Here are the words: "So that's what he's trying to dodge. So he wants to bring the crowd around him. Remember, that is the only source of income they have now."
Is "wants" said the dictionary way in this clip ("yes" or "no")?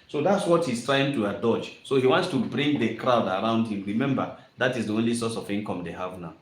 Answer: yes